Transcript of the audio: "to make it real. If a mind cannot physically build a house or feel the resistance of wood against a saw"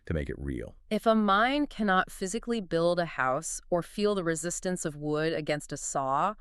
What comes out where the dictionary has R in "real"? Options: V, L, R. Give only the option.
R